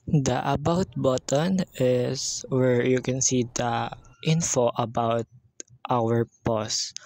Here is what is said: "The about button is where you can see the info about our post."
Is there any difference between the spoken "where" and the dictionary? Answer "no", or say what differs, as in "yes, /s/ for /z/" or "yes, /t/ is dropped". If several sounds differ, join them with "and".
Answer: no